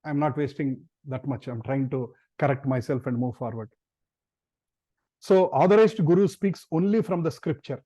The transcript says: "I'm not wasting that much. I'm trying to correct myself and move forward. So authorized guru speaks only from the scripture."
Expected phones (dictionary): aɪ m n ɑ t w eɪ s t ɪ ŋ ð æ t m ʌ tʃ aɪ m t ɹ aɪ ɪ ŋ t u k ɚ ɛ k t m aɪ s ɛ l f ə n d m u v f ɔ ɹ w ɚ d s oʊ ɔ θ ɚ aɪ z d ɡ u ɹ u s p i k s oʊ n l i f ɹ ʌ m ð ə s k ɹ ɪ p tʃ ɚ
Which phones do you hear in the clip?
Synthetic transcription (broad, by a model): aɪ m n ɑ t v eɪ s t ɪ ŋ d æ t m ʌ tʃ aɪ m t ɹ aɪ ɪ ŋ t u k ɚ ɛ k t m aɪ s ɛ l f ə n d m u v f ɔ ɹ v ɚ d s oʊ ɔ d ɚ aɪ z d ɡ u ɹ u s p i k s oʊ n l i f ɹ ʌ m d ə s k ɹ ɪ p tʃ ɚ